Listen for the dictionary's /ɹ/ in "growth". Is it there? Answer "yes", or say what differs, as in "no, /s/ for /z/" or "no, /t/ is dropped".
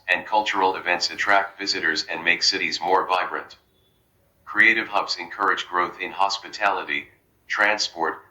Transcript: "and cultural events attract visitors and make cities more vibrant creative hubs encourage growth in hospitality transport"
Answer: yes